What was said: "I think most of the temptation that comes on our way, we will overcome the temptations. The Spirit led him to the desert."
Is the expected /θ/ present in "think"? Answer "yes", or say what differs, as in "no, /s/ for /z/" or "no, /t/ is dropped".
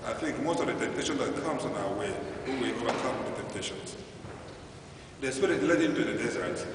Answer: yes